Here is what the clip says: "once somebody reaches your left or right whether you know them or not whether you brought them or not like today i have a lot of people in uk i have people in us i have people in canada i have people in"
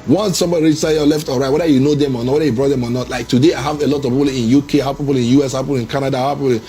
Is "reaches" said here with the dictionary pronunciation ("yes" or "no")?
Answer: no